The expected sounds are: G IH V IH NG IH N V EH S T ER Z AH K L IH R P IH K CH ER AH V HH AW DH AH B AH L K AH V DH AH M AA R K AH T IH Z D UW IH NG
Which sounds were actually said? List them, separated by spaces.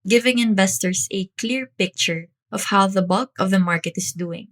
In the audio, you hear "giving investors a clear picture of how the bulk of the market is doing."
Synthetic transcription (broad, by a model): G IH V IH NG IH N V EH S T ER S AH K L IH R P IH K CH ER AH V HH AW DH AH B AH L K AH V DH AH M AA R K AH T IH S D UW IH NG